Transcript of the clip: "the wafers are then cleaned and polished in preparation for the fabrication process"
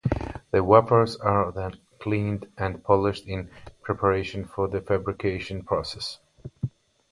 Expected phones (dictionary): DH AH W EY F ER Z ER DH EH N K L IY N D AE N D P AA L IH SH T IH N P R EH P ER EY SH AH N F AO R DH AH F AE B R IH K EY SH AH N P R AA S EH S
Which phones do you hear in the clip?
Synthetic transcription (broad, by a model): DH AH W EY P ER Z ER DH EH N K L IY N D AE N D P AA L IH SH T IH N P R EH P ER EY SH AH N F AO R DH AH F AE B R IH K EY SH AH N P R AA S EH S